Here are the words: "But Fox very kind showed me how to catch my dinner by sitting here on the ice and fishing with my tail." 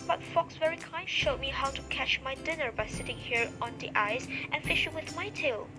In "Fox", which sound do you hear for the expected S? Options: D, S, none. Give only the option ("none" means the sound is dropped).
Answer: S